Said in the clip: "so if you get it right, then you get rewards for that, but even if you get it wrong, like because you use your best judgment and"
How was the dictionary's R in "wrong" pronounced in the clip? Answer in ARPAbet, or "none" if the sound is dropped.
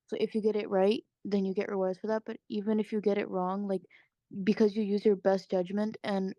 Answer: R